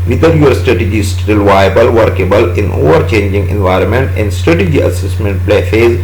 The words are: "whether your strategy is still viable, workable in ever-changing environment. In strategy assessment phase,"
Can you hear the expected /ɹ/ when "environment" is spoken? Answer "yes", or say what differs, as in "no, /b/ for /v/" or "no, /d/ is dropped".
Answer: yes